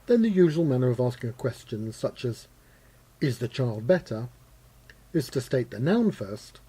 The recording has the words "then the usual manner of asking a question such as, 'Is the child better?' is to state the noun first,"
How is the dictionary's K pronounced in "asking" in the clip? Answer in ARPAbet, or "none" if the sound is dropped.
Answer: K